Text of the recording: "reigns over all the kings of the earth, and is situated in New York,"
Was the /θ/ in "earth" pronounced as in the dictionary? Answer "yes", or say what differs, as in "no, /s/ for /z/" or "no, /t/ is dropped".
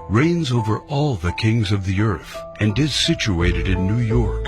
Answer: yes